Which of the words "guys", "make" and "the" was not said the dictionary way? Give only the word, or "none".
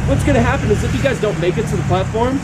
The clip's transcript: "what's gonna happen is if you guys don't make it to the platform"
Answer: none